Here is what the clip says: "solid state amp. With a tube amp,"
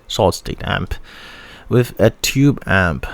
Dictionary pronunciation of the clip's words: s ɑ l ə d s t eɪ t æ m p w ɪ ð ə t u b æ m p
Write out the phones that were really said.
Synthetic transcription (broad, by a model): s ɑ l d s t eɪ t æ m p w ɪ ð ə t u b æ m p